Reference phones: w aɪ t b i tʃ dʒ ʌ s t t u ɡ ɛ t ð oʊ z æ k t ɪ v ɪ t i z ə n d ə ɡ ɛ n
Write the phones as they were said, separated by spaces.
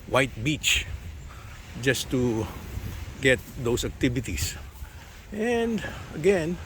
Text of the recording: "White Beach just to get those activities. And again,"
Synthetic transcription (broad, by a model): w aɪ t b i tʃ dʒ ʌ s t t u ɡ ɛ t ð oʊ s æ k t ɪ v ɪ t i s ə n d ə ɡ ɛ n